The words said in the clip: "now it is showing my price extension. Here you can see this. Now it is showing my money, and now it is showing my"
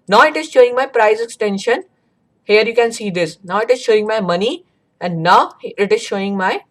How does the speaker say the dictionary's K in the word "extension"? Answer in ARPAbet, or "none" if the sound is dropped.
K